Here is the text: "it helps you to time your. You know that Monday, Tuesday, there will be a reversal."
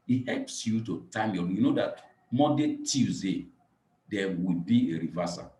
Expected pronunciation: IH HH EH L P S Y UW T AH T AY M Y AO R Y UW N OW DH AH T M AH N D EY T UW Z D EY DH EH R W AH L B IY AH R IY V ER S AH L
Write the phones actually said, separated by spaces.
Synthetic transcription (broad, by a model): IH HH EH L P S Y UW T AH T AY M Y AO Y UW N OW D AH T M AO D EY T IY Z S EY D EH W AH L B IY AH R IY V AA S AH